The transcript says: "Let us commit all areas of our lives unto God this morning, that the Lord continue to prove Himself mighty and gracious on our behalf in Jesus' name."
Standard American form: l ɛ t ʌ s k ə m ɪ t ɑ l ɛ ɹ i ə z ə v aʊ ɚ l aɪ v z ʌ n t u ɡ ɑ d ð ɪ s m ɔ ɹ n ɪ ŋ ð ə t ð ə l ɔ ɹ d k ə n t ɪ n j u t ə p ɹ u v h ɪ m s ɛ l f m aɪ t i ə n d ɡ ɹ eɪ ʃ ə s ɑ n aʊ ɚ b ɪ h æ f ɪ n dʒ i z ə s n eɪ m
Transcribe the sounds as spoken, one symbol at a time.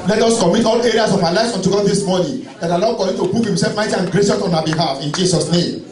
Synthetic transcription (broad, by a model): l ɛ t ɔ s k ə m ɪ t ɑ l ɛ ɹ i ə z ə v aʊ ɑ l aɪ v s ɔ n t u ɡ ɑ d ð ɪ s m ɔ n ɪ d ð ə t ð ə l ɔ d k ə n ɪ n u t ə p u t h ɪ m s ɛ l f m aɪ t i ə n ɡ ɹ eɪ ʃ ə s ɑ n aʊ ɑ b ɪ h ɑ f ɪ n dʒ i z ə s n eɪ m